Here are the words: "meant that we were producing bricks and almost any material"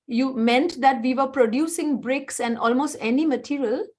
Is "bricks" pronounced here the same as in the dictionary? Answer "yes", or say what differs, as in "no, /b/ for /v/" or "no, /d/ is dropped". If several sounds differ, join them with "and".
yes